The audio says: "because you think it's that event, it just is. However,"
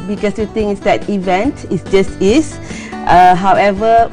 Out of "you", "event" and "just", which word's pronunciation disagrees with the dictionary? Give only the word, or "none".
none